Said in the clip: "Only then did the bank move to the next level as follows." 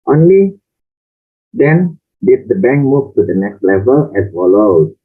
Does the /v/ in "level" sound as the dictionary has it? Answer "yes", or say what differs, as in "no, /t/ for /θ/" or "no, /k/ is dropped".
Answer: yes